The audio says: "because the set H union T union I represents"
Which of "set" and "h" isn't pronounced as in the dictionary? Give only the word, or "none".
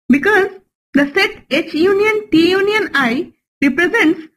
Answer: none